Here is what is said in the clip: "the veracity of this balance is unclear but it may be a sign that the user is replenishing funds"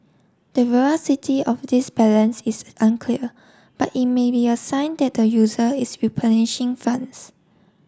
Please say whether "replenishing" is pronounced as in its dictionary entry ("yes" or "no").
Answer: no